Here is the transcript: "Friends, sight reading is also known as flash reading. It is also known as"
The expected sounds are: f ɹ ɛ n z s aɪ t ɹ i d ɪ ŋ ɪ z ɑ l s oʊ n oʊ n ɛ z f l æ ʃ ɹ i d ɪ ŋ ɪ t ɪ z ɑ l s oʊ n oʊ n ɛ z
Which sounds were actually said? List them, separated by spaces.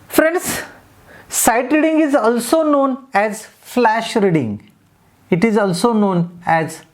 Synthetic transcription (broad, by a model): f ɹ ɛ n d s aɪ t ɹ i d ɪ ŋ ɪ z ɑ l s oʊ n oʊ n ɛ z f l æ ʃ ɹ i d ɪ ŋ ɪ t ɪ z ɑ l s oʊ n oʊ n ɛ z